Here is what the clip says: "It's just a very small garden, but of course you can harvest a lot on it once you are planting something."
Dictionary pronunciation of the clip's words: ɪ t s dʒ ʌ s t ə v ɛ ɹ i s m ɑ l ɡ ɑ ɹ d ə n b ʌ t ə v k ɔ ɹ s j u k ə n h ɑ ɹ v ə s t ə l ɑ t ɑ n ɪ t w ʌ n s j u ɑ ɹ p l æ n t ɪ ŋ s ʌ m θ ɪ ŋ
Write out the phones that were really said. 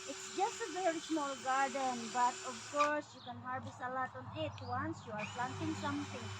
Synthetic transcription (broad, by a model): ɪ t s dʒ ʌ s t ə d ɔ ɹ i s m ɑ l ɡ ɑ ɹ d ə n b ʌ t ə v k ɔ ɹ s j u k ə n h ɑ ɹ b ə s ə l ɑ t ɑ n ɪ t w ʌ n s j u ɑ ɹ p l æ n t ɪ ŋ s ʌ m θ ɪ ŋ